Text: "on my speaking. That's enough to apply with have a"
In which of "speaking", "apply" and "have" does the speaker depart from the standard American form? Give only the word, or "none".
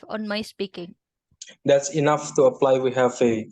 have